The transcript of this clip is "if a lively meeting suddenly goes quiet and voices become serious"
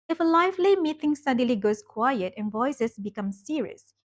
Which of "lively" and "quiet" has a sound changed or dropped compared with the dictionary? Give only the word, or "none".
lively